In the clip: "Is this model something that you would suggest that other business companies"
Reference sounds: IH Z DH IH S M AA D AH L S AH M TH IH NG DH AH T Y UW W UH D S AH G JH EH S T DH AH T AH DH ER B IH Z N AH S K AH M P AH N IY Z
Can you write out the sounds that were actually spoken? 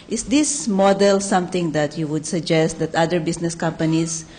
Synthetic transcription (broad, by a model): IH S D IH S M AA D AH L S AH M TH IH NG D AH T Y UW W UH D S AH G JH EH S T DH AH T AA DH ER B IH S N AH S K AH M P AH N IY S